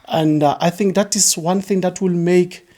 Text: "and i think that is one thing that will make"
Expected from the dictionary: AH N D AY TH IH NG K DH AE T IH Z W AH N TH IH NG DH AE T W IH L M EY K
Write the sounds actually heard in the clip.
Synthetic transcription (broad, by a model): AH N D AY TH IH NG K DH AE T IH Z W AH N TH IH NG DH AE T W IH L M EY K